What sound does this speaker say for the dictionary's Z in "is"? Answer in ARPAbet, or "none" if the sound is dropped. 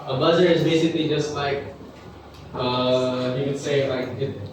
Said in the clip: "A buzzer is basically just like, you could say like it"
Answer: Z